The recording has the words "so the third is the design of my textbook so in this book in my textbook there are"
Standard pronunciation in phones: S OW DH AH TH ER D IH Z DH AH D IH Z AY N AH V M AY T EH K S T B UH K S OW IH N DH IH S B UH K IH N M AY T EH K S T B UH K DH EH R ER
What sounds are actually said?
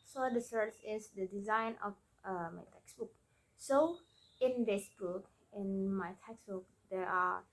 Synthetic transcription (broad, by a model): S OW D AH S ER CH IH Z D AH D IH Z AY N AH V M AY T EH K S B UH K S OW IH N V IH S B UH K IH N M AY T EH K S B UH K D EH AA